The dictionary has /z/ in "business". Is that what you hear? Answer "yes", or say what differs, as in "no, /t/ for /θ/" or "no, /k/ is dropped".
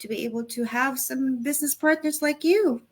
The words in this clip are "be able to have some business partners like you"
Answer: yes